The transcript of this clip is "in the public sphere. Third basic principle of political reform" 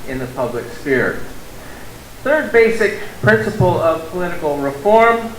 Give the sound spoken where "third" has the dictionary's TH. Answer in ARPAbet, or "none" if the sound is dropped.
TH